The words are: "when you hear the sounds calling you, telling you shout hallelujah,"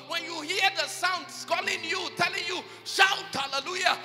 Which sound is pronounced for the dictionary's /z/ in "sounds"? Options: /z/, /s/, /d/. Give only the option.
/s/